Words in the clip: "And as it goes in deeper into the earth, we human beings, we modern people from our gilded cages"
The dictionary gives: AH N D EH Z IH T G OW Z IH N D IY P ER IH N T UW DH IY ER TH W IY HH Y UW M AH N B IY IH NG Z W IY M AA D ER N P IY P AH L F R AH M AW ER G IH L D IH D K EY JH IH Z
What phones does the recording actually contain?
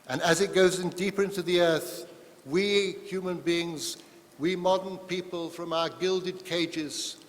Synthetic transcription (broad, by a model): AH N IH Z IH T G OW Z IH N D IY P ER IH N T UW DH IY ER TH W IY HH Y UW M AH N B IY IH NG Z W IY M AA D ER N P IY P AH L F R AH M AW ER G IH L D IH D K EY JH IH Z